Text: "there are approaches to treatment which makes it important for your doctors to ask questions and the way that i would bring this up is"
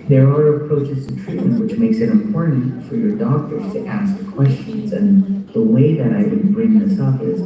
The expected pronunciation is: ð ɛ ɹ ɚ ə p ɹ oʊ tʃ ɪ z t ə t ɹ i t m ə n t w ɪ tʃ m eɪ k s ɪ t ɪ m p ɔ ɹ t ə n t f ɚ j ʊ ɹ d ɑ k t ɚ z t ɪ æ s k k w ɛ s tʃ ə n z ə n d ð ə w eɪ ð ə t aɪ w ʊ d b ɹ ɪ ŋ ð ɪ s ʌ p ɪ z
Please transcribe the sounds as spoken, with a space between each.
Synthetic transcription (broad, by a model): ð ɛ ɹ ɚ ə p ɹ oʊ tʃ ɪ z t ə t ɹ i t m ə n t w ɪ tʃ m eɪ k s ɪ t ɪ m p ɔ ɹ t n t f ɚ j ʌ ɹ d ɑ k t ɚ z t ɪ æ s k k w ɛ s tʃ ə n z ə n ð ə w eɪ ð ə t aɪ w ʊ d b ɹ ɪ ŋ ð ɪ s ʌ p ɪ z